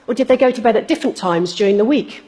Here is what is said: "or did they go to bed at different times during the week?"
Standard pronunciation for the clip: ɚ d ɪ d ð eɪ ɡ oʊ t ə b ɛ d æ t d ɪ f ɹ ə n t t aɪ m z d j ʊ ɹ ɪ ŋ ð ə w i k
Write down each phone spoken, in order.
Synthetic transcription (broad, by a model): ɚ d ɪ d ð eɪ ɡ oʊ t ə b ɛ d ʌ t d ɪ f ɹ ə n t t aɪ m z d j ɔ ɹ ɪ ŋ ð ə w i k